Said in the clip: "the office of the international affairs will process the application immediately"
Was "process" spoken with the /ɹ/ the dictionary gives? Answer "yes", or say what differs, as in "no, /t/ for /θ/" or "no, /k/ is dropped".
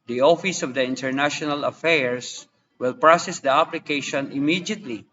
yes